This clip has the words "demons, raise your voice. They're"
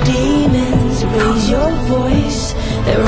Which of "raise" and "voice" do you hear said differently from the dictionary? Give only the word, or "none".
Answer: none